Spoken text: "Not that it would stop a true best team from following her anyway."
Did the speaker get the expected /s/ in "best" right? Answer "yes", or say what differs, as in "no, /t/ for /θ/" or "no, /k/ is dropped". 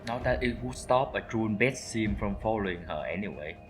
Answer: no, /s/ is dropped